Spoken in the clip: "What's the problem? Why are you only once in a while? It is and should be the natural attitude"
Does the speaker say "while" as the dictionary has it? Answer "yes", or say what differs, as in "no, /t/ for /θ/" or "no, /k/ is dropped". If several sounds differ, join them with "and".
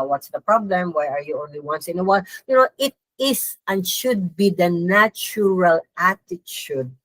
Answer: no, /n/ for /l/